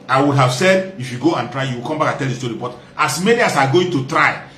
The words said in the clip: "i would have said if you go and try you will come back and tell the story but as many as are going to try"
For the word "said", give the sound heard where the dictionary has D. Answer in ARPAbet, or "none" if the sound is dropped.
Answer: D